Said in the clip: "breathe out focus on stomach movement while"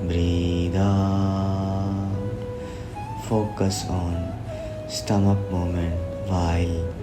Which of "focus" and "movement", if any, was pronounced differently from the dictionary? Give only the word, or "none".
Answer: movement